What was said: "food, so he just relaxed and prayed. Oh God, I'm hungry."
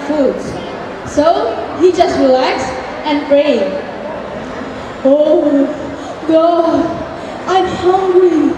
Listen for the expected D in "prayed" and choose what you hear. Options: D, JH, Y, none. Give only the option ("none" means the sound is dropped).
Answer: none